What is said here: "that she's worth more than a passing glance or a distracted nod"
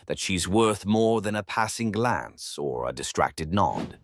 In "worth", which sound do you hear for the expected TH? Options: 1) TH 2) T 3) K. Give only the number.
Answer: 1